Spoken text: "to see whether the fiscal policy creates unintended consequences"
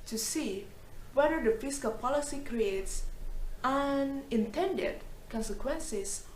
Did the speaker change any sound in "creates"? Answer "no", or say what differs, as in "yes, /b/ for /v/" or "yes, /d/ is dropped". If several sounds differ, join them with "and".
no